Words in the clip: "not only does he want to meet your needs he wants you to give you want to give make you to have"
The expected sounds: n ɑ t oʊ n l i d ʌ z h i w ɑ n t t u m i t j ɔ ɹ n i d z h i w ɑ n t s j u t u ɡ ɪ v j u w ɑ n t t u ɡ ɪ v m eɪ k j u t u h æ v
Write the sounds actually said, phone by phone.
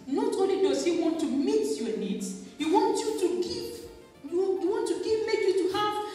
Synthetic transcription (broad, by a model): n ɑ t oʊ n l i d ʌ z h i w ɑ n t t u m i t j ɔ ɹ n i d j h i w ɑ n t j u t u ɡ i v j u w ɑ n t t u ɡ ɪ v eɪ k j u t u h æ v